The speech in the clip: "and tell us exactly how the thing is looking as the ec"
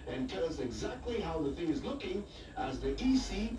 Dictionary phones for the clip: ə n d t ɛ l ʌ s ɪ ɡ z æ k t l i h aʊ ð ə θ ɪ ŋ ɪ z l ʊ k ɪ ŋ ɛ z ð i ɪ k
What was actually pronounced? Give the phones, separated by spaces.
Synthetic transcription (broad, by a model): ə n t ɛ l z ɪ ɡ z æ k t l i h aʊ ð ə θ ɪ ŋ ɪ z l ʊ k ɪ ŋ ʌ z ð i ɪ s